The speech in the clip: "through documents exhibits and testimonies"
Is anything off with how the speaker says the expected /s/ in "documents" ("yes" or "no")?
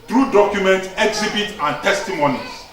yes